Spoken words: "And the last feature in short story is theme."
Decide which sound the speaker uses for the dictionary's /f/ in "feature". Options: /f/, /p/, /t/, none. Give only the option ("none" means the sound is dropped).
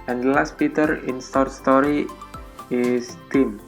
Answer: /p/